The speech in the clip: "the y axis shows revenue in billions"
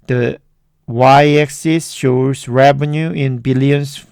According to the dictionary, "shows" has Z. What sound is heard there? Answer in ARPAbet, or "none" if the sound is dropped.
S